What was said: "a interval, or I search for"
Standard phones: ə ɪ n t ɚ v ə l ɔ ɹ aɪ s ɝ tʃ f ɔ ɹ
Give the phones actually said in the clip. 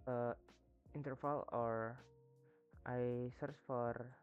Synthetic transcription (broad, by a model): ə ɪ n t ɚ f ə l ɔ ɹ aɪ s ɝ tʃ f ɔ ɹ